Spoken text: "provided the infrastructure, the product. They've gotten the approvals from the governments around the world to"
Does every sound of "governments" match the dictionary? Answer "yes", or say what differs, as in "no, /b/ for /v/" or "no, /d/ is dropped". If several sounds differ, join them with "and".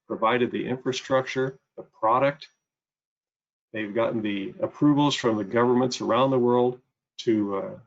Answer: yes